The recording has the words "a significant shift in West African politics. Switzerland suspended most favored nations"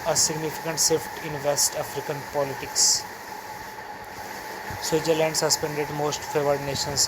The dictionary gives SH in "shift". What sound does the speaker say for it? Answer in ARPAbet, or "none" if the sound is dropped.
S